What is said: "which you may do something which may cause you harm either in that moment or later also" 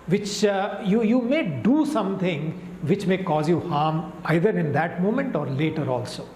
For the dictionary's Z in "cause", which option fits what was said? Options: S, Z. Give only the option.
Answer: Z